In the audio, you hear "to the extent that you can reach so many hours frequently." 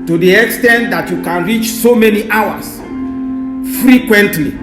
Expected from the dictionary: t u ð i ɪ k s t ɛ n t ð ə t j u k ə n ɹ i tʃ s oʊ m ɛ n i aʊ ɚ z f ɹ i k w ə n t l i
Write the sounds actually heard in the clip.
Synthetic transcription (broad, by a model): t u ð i ɪ k s t ɛ n t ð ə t j u k ə n ɹ i tʃ s oʊ m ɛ n i aʊ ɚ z f ɹ i k w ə n t l i